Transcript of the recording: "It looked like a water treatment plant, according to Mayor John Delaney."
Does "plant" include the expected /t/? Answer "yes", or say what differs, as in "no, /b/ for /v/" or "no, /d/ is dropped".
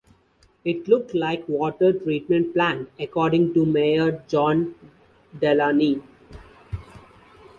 no, /t/ is dropped